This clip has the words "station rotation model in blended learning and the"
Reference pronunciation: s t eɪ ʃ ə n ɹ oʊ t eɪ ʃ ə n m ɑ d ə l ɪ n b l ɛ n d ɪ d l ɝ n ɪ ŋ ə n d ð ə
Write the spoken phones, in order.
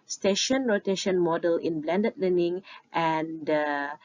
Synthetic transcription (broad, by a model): s t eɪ ʃ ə n ɹ oʊ t eɪ ʃ ə n m ɑ d ə l ɪ n b l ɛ n d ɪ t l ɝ n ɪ ŋ ə n d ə